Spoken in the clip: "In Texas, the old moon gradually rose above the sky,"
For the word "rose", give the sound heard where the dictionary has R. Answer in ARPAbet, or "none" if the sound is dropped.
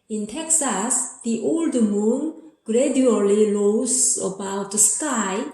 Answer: L